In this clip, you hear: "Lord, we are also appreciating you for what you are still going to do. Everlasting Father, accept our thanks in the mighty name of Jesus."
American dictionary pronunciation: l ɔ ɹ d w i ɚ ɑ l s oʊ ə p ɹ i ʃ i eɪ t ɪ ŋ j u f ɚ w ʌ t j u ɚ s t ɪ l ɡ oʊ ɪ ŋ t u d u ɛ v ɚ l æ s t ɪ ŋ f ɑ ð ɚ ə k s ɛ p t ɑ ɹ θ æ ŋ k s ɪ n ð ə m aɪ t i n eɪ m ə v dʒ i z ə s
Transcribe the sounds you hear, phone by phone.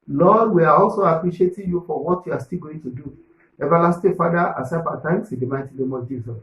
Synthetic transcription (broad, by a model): l ɔ d w i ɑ ɑ l s oʊ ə p ɹ i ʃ i eɪ t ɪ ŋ j u f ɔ w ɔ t j u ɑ s t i l ɡ oʊ ɪ ŋ t u d u ɛ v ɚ l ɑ s t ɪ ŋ f ɑ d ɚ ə s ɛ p ɑ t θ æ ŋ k s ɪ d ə m aɪ t i n eɪ m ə dʒ i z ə s